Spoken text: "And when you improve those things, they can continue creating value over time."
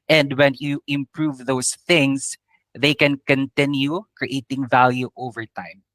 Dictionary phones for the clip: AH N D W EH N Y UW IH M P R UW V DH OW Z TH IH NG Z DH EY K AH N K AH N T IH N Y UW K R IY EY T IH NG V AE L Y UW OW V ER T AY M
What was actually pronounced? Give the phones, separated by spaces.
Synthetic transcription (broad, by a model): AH N D W EH N Y UW IH M P R UW V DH OW S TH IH NG S DH EY K AH N K AH N T IH N Y UW K R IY EY T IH NG V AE L Y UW OW V ER T AY M